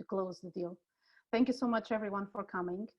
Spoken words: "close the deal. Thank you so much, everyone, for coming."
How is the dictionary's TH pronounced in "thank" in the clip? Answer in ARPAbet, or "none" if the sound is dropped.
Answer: TH